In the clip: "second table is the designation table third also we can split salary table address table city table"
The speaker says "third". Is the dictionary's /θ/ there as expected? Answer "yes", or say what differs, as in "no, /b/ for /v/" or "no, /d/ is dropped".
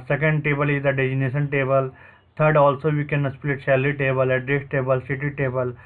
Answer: no, /t/ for /θ/